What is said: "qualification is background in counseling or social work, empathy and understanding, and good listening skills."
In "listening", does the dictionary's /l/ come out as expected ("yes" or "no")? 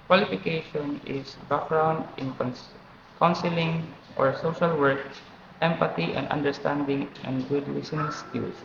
no